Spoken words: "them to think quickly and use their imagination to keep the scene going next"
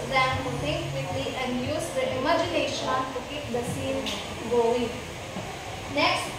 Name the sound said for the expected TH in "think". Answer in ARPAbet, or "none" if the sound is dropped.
T